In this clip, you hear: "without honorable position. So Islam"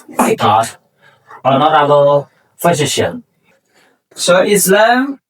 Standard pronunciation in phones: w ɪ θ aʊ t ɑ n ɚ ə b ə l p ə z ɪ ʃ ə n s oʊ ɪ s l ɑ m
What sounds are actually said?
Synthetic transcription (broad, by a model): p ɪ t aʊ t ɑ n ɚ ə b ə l f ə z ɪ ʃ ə n s oʊ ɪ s l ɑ m